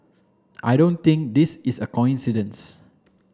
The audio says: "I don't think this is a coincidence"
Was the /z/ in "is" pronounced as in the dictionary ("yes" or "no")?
no